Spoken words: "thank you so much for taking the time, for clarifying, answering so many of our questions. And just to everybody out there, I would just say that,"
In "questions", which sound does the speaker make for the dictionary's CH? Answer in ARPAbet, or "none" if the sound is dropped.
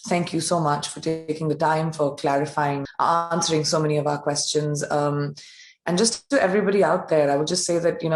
CH